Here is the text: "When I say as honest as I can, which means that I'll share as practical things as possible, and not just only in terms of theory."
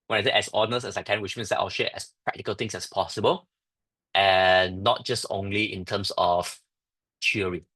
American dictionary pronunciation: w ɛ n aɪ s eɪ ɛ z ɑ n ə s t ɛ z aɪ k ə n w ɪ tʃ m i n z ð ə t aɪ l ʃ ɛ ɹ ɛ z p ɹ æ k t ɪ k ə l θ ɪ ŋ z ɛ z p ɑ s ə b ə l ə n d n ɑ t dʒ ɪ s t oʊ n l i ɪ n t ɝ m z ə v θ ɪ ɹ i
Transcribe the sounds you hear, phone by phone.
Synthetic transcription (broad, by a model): w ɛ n aɪ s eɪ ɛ s ɑ n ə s ɛ s aɪ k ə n w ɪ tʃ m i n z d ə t aɪ l ʃ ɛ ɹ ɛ s p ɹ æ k t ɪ k ə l t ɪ ŋ s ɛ s p ɑ s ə b ə l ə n n ɑ t dʒ ɪ s t oʊ n l i ɪ n t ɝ m s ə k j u ɹ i